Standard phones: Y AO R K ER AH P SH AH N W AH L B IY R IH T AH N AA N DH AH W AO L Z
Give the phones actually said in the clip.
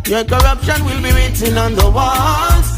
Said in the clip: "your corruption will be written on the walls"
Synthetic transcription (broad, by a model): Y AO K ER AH P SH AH N W AH L B IY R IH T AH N AA N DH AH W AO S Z